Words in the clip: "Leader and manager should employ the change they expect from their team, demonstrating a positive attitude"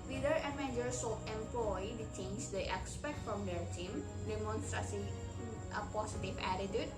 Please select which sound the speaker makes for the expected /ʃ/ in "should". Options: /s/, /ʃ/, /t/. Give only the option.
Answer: /s/